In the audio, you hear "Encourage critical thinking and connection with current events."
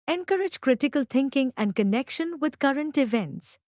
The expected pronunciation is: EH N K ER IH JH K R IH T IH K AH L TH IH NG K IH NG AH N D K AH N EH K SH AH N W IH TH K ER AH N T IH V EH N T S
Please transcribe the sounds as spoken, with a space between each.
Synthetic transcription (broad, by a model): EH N K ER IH JH K R IH T IH K AH L T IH NG K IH NG AH N D K AH N EH K SH AH N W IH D K ER AH N T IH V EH N T S